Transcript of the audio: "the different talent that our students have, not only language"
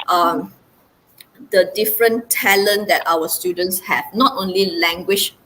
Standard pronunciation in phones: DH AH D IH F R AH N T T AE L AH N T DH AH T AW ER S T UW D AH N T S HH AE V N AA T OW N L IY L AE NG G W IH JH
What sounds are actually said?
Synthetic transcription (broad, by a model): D AH D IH F R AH N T T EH L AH N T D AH T AW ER S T UW D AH N T S HH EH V N AA T OW N L IY L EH NG G W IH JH